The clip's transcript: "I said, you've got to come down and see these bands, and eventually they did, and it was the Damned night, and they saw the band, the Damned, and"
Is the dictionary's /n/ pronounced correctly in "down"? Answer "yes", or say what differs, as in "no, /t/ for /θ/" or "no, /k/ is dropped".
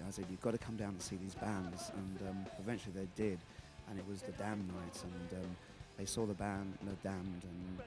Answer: no, /n/ is dropped